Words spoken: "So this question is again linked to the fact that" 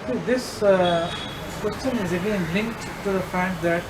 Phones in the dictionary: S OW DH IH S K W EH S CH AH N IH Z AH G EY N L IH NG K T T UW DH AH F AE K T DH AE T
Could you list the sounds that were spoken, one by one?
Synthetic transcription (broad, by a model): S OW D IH S K W EH S CH AH N IH Z AH G EY N L IH NG K T T UW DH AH F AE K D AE T